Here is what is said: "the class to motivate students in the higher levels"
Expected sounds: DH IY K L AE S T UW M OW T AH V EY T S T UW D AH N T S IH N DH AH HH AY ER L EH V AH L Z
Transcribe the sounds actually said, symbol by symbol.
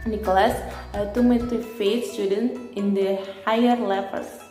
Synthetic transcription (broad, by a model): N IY K L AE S T UW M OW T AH F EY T S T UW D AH N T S IH N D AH HH AY ER L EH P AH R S